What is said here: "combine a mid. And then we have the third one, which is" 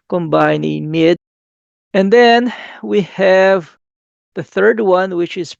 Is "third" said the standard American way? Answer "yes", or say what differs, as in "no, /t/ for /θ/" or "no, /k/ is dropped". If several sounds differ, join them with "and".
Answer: yes